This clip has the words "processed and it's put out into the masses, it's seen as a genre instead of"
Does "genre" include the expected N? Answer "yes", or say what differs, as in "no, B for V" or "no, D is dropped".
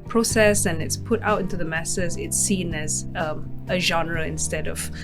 yes